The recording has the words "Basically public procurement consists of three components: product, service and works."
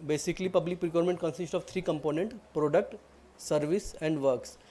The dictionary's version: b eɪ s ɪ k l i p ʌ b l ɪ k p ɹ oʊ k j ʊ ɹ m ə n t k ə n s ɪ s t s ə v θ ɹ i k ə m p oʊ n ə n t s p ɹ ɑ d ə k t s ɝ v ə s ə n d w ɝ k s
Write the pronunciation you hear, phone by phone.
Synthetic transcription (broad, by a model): b eɪ s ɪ k l i p ʌ b l ɪ k p ɹ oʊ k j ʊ ɹ m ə n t k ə n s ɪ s t ə v t ɹ i k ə m p oʊ n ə n t p ɹ ɑ d ə k t s ɝ v ə s ə n d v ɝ k s